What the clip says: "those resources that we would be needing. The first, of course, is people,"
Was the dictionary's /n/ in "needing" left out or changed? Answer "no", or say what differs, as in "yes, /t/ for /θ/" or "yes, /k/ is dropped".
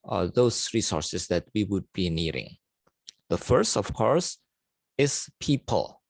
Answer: no